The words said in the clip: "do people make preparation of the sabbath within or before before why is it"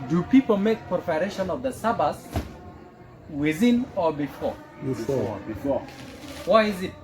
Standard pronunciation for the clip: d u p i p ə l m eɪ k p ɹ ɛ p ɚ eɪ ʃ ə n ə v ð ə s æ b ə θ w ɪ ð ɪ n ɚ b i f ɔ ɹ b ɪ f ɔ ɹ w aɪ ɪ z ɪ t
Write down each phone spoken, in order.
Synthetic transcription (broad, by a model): d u p i p ə l m eɪ k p ɔ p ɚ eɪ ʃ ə n ə v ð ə s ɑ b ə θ w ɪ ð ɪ n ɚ b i f ɔ ɹ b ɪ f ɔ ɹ w aɪ ɪ z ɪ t